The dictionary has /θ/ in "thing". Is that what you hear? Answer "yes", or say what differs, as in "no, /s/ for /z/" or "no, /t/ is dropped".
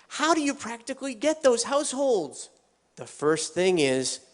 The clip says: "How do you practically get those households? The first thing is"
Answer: yes